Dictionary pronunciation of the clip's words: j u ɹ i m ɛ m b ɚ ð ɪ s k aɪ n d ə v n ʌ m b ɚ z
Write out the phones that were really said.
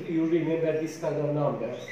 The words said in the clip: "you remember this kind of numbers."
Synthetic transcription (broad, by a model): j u ɹ i m ɛ m b ɚ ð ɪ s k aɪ d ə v n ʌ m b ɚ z